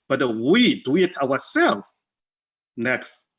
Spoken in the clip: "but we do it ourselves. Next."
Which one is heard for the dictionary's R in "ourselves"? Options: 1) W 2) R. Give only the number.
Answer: 1